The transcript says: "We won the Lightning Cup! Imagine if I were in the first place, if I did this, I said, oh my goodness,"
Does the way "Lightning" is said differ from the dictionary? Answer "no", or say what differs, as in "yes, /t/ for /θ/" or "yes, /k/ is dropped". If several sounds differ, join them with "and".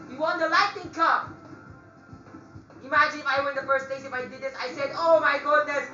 yes, /n/ is dropped